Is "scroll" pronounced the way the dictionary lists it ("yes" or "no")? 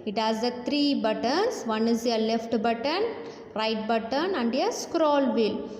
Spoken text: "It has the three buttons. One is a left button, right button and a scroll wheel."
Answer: yes